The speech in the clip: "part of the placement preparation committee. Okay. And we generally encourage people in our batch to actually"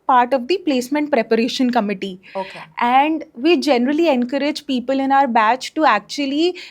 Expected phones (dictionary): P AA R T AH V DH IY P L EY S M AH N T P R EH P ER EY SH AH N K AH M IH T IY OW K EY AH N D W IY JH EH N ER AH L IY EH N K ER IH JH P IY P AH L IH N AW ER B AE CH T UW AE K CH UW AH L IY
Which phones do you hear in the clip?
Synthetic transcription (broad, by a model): P AA R T AH V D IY P L EY S M AH N T P R EH P ER EY SH AH N K AH M IH T IY OW K EY AH N D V IY JH EH N ER AH L IY EH N K ER IH JH P IY P AH L IH N AW ER B AE CH T UW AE K CH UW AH L IY